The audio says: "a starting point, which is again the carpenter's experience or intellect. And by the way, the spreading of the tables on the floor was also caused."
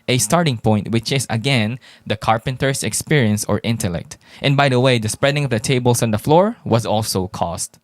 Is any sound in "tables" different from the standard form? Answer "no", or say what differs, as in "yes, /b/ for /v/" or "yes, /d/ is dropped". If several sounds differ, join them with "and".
yes, /s/ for /z/